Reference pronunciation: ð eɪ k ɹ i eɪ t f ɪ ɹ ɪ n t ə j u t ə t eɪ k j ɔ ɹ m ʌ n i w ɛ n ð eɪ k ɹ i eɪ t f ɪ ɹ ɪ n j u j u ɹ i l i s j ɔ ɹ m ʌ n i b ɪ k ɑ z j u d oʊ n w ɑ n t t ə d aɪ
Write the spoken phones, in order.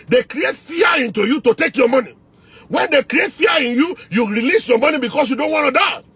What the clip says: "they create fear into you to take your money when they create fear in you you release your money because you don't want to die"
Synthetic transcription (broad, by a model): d eɪ k ɹ i eɪ t f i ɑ ɪ n t ə j u t ə t eɪ k j ɔ m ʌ n i w ɛ n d eɪ k ɹ i eɪ t f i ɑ ɪ n j u j u ɹ i l i s j ɔ m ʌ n i b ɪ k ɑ s j u d oʊ n w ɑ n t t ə d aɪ